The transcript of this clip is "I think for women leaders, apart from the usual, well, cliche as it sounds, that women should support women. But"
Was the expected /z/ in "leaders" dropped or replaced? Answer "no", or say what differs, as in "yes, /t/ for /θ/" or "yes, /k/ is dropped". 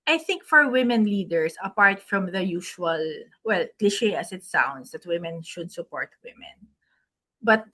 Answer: yes, /s/ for /z/